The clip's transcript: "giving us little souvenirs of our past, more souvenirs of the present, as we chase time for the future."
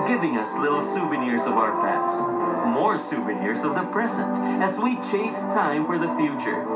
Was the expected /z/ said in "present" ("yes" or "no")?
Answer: yes